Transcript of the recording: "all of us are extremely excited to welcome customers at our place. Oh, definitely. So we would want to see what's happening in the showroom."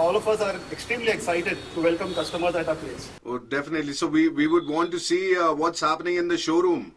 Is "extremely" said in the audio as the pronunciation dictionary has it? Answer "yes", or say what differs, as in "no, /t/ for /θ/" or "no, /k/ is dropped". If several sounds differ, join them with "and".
yes